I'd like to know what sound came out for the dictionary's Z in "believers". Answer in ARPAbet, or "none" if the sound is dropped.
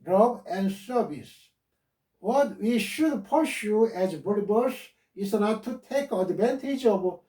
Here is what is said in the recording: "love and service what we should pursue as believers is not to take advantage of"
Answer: S